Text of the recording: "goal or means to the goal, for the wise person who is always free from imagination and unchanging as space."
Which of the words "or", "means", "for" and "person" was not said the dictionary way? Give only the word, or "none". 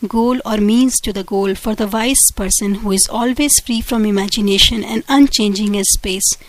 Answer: none